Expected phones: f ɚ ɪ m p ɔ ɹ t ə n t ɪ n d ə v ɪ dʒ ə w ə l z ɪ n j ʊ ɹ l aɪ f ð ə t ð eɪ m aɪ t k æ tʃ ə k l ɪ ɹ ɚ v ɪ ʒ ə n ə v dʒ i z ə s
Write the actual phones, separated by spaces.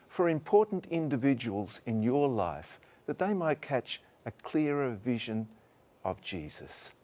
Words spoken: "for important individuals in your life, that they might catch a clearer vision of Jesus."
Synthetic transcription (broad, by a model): f ɚ ɪ m p ɔ ɹ t n t ɪ n d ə v ɪ dʒ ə w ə l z ɪ n j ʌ ɹ l aɪ f ð ə t ð eɪ m aɪ t k æ tʃ ə k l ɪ ɹ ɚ v ɪ ʒ ə n ə v dʒ i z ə s